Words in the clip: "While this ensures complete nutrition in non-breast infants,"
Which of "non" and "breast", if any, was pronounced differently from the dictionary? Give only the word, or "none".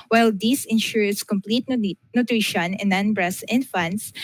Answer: breast